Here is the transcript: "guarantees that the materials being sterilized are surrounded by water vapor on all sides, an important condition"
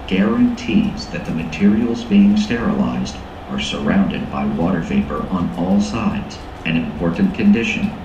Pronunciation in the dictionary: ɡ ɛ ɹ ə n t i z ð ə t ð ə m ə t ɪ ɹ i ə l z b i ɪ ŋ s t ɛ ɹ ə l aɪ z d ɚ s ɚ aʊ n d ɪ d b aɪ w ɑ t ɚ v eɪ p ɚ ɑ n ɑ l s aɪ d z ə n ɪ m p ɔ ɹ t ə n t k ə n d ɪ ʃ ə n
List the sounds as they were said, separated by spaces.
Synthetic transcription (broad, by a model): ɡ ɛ ɹ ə n t i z ð ə t ð ə m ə t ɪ ɹ i l z b i ɪ ŋ s t ɛ ɹ ə l aɪ z d ɚ s ɚ aʊ n d ɪ d b aɪ w ɑ t ɚ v eɪ p ɚ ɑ n ɑ l s aɪ d z ə n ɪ m p ɔ ɹ t n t k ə n d ɪ ʃ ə n